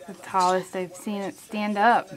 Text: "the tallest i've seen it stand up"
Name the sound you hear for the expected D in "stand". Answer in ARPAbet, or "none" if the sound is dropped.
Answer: D